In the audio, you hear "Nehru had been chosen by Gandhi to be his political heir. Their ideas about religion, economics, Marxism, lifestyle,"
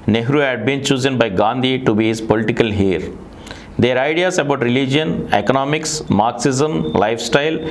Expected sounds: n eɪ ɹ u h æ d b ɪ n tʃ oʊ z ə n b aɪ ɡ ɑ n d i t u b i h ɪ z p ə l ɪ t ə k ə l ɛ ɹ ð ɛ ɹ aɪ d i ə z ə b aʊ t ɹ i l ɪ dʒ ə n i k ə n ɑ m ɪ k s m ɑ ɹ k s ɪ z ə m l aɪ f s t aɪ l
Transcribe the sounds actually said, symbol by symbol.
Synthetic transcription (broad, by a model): n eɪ ɹ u h æ d b ɪ n tʃ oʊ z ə n b aɪ ɡ ɑ n d i t u b i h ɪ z p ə l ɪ t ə k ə l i ɹ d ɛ ɹ aɪ d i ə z ə b aʊ t ɹ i l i dʒ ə n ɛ k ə n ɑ m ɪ k s m ɑ ɹ k s ɪ z ə m l aɪ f s t aɪ l